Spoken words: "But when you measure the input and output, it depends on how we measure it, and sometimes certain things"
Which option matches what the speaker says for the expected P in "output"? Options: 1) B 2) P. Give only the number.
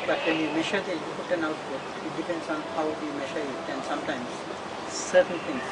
1